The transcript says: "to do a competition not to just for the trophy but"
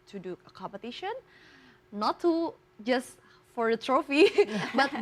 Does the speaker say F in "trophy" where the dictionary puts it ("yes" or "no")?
yes